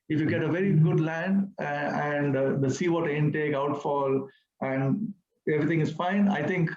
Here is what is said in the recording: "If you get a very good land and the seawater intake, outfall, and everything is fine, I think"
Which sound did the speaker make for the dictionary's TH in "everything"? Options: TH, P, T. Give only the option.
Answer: T